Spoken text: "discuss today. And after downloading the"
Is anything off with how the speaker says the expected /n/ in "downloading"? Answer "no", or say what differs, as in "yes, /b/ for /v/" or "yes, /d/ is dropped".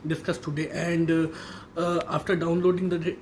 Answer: no